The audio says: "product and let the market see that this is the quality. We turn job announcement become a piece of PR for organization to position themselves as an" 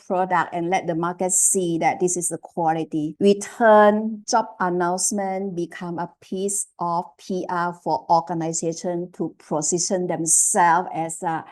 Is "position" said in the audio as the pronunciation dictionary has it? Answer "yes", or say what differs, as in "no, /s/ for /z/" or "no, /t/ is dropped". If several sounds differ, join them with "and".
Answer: no, /s/ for /z/